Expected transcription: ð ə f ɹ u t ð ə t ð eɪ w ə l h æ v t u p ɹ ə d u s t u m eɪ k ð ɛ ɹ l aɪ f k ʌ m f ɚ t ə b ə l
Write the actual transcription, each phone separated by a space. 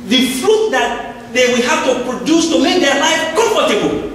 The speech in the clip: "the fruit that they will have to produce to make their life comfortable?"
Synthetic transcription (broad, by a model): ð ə f ɹ u t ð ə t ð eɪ w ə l h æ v t u p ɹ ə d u s t u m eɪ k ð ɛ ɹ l aɪ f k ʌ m f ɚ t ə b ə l